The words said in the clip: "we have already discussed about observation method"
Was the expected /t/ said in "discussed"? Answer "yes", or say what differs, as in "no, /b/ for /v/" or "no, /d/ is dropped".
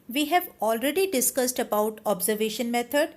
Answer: yes